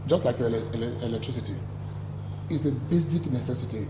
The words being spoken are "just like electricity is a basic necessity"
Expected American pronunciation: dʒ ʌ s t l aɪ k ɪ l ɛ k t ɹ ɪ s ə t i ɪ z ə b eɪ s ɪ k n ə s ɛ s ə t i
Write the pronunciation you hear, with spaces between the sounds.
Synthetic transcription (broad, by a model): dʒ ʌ s t l aɪ k ɪ l ɛ k t ɹ ɪ s ə t i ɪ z ə b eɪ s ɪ k n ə s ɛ s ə t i